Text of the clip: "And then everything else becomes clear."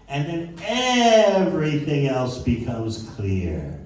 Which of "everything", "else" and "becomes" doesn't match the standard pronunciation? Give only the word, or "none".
none